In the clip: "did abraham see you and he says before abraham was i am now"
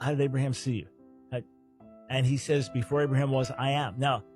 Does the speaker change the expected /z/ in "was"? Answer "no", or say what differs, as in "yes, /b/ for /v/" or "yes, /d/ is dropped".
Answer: no